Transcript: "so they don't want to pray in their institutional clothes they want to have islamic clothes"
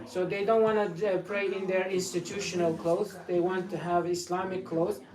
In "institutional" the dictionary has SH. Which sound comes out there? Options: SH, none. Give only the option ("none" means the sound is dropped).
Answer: SH